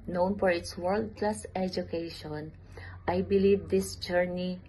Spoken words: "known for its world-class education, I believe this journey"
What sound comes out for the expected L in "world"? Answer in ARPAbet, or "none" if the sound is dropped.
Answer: L